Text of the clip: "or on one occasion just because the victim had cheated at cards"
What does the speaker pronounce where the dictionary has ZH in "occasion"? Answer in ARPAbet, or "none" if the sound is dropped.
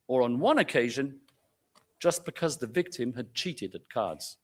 ZH